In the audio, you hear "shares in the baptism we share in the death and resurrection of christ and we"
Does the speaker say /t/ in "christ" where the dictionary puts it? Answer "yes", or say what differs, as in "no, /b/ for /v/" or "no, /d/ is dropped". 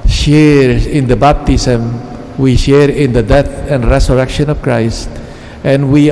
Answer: yes